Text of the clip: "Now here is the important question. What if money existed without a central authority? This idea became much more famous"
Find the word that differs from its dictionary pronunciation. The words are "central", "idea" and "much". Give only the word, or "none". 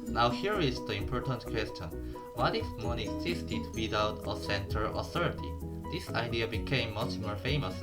central